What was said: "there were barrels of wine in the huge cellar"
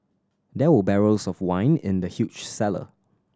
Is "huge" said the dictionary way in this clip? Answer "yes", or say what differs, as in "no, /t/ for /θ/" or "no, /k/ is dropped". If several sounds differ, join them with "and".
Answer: no, /tʃ/ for /dʒ/